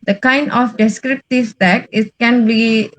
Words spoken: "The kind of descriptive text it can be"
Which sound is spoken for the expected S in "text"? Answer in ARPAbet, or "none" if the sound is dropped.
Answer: none